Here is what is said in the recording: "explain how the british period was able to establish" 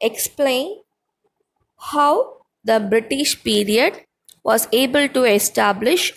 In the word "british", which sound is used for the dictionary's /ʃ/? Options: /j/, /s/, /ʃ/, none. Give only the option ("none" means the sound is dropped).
/ʃ/